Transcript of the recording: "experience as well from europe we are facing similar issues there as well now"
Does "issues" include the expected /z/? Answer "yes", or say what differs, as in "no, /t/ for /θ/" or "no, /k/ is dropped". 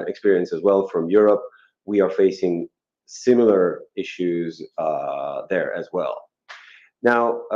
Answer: yes